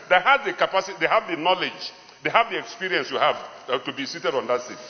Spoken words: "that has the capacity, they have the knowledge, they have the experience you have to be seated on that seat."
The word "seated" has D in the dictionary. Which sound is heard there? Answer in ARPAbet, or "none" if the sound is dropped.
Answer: D